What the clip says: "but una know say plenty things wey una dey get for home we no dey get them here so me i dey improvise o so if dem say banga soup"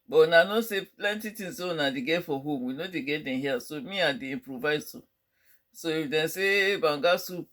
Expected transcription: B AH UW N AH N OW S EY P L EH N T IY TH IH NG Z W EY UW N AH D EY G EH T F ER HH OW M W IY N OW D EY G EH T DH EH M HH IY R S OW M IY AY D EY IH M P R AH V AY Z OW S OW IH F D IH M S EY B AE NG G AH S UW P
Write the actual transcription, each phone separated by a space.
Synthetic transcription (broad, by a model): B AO N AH N OW S EY P L EH N T IY T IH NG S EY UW N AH D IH G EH F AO HH OW M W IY N OW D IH G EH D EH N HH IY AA S OW M IY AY D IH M P R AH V AY S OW S OW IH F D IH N S EY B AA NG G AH S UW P